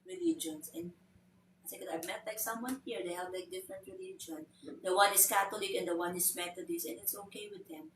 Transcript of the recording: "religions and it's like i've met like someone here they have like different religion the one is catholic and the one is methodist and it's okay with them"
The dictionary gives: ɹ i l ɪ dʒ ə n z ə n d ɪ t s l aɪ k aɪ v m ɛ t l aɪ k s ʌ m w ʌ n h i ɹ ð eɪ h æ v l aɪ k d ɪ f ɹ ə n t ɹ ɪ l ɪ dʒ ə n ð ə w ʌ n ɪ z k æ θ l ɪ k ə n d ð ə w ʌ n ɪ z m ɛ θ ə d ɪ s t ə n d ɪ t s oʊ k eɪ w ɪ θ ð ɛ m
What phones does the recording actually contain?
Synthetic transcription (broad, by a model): ɹ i l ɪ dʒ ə n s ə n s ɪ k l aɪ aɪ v m ɛ t l aɪ k s ʌ m w ʌ n h i ɹ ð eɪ h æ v l aɪ k d ɪ f ɹ ə n t ɹ ɪ l ɪ dʒ ə n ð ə w ʌ n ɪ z k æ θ l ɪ k ə n d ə w ʌ n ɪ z m ɛ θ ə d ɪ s ə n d ɪ t s oʊ k eɪ w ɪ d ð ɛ m